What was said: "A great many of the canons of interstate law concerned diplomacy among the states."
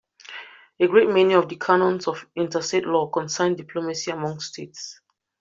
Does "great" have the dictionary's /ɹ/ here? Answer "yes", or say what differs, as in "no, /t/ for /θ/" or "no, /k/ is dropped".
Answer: yes